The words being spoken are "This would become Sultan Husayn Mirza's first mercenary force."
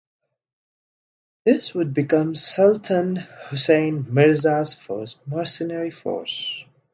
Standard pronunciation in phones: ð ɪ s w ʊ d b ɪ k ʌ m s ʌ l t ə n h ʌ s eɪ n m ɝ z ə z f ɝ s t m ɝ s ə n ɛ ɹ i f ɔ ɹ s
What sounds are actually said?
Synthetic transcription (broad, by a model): ð ɪ s w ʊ d b ɪ k ʌ m s ʌ l t ə n h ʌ s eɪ n m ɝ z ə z f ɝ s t m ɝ s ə n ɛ ɹ i f ɔ ɹ s